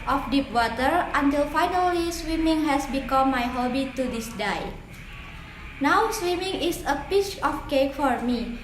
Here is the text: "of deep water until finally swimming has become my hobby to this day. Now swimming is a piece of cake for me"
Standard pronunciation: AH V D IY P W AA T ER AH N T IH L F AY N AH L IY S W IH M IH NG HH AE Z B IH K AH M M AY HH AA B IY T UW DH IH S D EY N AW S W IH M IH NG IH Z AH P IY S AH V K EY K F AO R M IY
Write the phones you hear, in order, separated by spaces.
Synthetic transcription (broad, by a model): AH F D IY P W AA T ER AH N T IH L F AY N AH L IY S W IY M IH NG HH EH S B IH K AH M M AY HH AA B IY T UW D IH S D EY N AW S W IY M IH NG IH S AH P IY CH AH F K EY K F AO R M IY